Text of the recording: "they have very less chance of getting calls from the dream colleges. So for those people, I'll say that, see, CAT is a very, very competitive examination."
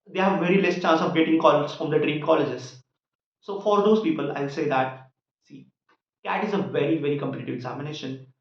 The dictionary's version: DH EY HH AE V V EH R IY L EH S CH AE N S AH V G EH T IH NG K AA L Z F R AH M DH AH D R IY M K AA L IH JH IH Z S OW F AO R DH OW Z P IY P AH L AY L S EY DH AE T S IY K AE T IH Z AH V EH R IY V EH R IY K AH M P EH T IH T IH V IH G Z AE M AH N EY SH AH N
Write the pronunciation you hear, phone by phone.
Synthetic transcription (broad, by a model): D EY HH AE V V EH R IY L EH S CH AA N S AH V G EH T IH NG K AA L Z F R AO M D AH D R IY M K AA L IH JH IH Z S OW F AO R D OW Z P IY P AH L AY L S EY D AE T S IY K AE T IH Z AH V EH R IY V EH R IY K AH M P EH T IH T IH V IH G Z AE M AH N EY SH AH N